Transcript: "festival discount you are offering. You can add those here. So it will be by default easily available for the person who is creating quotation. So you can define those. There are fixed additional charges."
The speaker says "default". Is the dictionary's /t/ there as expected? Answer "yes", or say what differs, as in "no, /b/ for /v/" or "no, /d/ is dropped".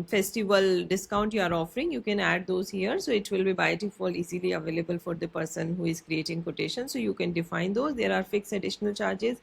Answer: no, /t/ is dropped